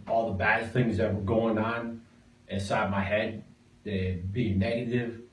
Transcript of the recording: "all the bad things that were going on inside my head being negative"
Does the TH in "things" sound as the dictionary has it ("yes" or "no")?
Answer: yes